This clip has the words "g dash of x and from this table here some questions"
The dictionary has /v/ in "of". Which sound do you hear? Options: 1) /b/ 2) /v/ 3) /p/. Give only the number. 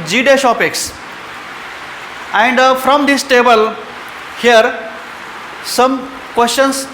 3